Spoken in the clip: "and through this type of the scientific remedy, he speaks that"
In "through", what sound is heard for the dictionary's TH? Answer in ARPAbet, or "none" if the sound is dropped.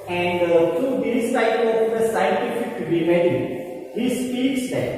T